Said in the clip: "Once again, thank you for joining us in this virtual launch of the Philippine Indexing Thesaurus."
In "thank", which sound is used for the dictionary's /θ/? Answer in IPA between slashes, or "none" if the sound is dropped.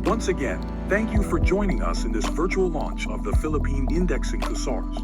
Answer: /θ/